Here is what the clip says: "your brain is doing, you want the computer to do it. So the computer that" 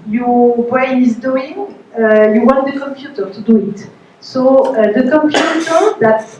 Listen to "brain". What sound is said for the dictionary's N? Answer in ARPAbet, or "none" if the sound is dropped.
none